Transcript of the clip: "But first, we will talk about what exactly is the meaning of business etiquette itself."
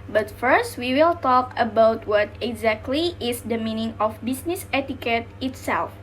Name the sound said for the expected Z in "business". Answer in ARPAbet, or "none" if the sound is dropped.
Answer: S